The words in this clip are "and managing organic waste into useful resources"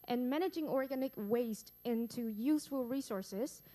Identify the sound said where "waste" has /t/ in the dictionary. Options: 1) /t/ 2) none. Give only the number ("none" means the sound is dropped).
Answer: 1